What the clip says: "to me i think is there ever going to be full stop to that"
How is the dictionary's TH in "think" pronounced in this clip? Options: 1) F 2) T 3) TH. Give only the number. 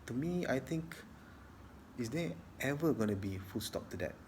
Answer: 2